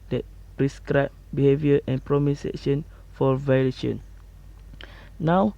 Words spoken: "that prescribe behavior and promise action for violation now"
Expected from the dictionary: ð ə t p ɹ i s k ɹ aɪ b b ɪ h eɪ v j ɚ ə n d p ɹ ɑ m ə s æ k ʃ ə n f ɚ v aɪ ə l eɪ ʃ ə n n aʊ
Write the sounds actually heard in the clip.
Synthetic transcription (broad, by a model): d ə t p ɹ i s k ɹ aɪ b b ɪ h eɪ v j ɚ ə n p ɹ ɑ m ə s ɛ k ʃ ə n f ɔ v aɪ ə l eɪ ʃ ə n n aʊ